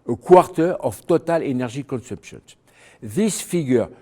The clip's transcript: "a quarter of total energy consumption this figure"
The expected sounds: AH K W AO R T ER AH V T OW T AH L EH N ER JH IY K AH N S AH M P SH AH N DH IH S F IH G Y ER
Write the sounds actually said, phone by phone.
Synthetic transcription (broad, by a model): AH K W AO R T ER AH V T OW T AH L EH N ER ZH IY K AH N S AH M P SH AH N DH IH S F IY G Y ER